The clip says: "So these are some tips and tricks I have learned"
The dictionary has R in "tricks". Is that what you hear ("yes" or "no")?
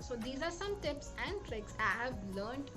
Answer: yes